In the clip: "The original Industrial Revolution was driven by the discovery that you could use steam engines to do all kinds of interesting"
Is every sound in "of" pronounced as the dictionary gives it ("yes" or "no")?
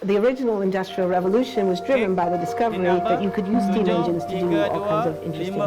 yes